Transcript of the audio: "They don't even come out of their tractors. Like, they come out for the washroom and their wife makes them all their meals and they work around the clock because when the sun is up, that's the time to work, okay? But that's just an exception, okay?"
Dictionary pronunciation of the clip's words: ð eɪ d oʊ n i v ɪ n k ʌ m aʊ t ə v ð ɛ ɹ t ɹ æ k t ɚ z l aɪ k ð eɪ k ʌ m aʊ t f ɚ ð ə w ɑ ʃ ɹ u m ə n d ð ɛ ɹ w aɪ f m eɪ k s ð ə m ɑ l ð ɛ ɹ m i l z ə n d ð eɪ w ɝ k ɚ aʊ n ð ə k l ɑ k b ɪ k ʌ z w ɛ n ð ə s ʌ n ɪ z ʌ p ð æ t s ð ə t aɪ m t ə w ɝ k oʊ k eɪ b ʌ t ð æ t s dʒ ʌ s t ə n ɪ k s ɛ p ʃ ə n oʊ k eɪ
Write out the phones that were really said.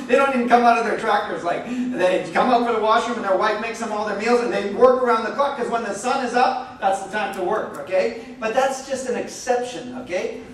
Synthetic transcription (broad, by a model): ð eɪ d oʊ n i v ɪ k ʌ m aʊ t ə v ð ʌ ɹ t ɹ æ k t ɚ z l aɪ k ð eɪ k ʌ m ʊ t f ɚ ð ə w ɑ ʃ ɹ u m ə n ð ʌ ɹ w aɪ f m eɪ k s ð ə m ɑ l ð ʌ ɹ m i l z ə n ð eɪ w ɝ k ɚ aʊ n ð ə k ɑ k k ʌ z w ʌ n ð ə s ʌ n ɪ z ʌ p ð æ t s ð ə t aɪ m t ə w ɝ k oʊ k eɪ b ʌ t ð æ t s dʒ ʌ s t ə n ɪ k s ɛ p ʃ ə n oʊ k eɪ